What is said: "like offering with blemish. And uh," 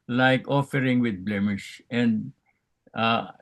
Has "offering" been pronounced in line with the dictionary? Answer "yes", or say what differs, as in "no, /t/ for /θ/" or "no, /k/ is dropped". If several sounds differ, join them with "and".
yes